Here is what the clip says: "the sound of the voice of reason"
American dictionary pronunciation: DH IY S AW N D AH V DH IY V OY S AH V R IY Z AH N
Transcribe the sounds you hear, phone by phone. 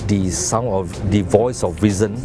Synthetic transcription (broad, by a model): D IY S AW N AH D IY V OY S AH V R IY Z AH N